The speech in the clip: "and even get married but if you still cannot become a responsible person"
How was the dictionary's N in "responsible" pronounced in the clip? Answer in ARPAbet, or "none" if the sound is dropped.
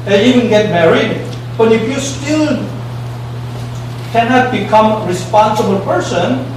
N